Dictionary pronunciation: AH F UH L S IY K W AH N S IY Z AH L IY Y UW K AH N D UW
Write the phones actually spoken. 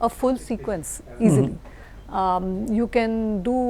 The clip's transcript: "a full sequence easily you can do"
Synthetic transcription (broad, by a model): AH F UH L S IY K W AH N S IY Z AH L IY Y UW K AH N D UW